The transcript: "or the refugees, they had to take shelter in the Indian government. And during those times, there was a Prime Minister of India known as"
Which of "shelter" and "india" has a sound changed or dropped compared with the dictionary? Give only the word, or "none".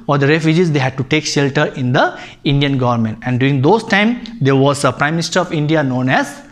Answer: none